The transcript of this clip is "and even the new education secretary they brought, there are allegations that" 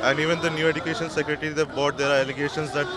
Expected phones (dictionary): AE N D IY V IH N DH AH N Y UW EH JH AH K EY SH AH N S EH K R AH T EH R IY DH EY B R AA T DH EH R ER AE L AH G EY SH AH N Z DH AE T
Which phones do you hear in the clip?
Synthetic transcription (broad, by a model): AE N D IY V IH N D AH N Y UW EH JH AH K EY SH AH N S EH K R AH T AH R IY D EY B AA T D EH R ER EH L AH G EY SH AH N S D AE T